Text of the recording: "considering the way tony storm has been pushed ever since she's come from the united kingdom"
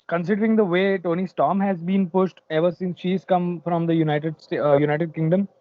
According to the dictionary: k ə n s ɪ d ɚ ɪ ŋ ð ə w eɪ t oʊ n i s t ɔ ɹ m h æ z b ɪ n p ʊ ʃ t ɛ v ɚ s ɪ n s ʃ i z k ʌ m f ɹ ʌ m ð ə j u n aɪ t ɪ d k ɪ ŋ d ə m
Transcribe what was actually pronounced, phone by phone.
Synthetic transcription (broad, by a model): k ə n s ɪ d ɚ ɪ ŋ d ə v eɪ t oʊ n i s t ɔ m h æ z b ɪ n p ʊ ʃ t ɛ v ɚ s ɪ n s ʃ i z k ʌ m f ɹ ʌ m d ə j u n aɪ t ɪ d k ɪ ŋ d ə m